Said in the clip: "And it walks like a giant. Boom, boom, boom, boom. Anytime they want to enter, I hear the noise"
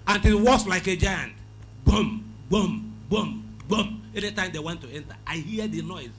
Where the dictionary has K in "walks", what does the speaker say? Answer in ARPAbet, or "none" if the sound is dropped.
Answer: none